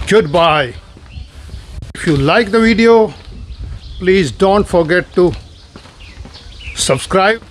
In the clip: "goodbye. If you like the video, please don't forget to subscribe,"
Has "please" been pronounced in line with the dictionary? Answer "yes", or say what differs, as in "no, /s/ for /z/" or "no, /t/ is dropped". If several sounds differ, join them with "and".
yes